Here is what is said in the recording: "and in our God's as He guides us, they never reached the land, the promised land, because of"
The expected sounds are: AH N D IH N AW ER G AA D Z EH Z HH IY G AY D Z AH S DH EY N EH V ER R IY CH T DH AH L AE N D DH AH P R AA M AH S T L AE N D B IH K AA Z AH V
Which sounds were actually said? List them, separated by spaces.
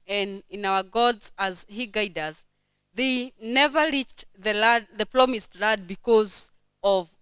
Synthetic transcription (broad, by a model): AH N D IH N AW ER G AA D Z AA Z HH IY G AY D AH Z DH EY N EH V ER R IY CH T DH AH L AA D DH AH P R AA M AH S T L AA D B IH K AA Z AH V